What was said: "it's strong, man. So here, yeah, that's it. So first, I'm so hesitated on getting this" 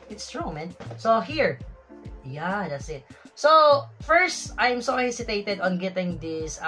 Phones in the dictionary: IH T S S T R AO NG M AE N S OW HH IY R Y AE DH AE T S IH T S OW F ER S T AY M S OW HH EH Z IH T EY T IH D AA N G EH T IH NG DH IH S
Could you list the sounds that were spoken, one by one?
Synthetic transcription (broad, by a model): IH T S S T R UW M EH N S OW HH IY R Y AE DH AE T S IH T S OW F ER S T AY M S OW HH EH S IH T EY T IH D AA N G EH T IH NG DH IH S